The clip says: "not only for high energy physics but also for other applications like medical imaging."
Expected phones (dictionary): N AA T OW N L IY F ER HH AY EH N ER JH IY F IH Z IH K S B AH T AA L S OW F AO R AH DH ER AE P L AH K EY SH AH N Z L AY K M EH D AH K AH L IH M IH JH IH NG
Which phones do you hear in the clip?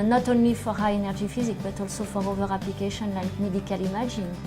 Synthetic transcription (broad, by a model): N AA T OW N L IY F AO HH AY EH N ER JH IY F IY Z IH K B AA T AA L S OW F AO R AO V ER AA P L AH K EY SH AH N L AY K M EH D AH K AH L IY M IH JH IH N